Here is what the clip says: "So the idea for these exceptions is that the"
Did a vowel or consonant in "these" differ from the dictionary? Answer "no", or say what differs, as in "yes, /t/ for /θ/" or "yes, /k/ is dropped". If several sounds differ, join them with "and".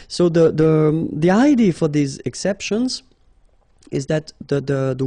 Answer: no